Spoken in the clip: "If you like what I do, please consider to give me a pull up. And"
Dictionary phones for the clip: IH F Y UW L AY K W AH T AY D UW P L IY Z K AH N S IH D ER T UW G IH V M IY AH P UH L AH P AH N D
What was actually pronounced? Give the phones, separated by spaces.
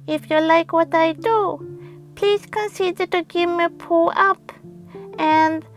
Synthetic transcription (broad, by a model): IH F Y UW L AY K W AH T AY D UW P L IY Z K AH N S IH D ER T UW G IH V M IY P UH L AH P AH N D